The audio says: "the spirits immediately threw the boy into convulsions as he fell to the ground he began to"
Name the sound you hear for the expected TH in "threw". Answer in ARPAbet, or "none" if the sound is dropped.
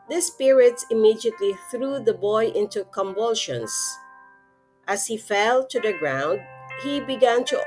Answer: TH